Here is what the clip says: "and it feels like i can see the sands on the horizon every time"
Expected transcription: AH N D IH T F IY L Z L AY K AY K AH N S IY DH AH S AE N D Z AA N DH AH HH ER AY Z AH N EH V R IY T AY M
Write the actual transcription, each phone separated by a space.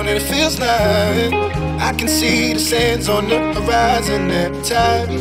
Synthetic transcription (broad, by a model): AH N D IH T F IY L Z N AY AY K AH N S IY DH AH S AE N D Z AA N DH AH HH ER AY Z AH N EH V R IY T AY M